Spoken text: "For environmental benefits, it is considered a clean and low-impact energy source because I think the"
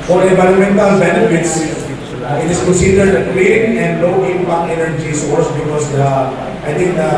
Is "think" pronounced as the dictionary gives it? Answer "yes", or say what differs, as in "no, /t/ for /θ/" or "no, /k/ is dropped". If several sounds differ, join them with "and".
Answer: no, /t/ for /θ/